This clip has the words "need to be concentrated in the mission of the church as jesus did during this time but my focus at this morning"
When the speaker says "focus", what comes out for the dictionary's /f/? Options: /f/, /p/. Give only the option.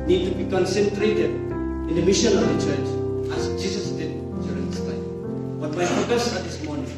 /p/